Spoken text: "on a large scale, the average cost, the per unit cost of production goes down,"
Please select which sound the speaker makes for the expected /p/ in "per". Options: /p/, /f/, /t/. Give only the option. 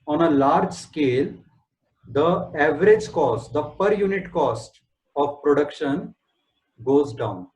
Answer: /p/